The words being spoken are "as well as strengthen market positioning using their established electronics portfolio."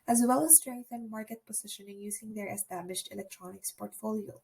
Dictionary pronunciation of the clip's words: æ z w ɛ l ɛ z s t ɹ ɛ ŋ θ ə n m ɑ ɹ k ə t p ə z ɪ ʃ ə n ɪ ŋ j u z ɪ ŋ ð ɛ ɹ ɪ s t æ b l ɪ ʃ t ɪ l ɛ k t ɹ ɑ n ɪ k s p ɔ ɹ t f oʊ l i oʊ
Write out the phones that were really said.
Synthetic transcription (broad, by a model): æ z w ɛ l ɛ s t ɹ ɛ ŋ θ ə n m ɑ ɹ k ə t p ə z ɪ ʃ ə n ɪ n j u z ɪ ŋ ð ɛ ɹ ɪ s t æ b l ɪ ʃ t ɪ l ɛ k t ɹ ɑ n ɪ k s p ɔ ɹ t f oʊ l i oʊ